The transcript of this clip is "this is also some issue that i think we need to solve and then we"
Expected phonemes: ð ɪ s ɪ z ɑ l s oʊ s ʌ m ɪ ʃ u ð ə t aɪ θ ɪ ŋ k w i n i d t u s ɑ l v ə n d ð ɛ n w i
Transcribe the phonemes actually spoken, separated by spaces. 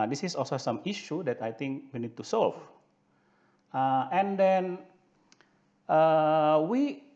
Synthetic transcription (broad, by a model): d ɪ s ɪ s ɑ l s oʊ s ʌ m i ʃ u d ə t aɪ t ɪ ŋ k w i n i d t u s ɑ l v ə n d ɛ n w i